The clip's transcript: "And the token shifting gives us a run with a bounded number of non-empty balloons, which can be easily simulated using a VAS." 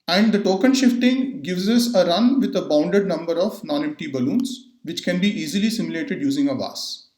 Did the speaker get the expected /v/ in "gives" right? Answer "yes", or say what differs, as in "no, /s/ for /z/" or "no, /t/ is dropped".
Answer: yes